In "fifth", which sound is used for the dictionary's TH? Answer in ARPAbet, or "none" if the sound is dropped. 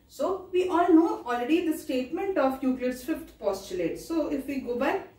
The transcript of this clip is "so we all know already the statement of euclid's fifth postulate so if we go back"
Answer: T